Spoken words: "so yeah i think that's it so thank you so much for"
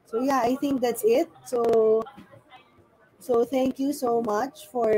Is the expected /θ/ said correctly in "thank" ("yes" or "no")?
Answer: no